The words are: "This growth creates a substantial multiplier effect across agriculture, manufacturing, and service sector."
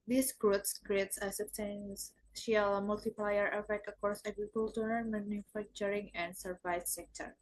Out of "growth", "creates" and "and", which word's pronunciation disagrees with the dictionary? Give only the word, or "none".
growth